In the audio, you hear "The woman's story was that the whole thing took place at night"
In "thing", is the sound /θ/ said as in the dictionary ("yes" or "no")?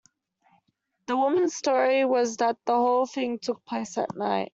yes